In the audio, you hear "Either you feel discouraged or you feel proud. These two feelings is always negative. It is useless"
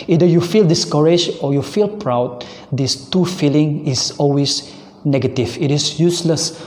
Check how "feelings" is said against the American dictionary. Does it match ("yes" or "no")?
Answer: no